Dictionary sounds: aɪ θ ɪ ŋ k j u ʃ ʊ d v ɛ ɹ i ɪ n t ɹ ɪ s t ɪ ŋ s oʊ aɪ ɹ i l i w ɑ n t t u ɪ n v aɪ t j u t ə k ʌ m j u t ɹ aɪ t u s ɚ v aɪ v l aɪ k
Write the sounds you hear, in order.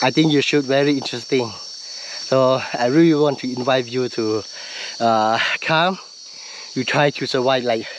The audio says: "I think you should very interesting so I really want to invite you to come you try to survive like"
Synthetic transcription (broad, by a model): aɪ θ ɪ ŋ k j u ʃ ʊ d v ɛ ɹ i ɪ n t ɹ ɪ s t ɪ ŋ s oʊ aɪ ɹ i l i w ɑ n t t u ɪ n v aɪ t j u t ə k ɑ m j u t ɹ aɪ t u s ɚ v aɪ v l aɪ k